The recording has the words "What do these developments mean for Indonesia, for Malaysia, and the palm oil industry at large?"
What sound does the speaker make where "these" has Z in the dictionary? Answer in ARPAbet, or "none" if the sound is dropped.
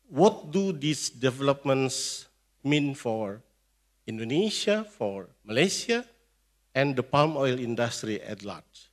S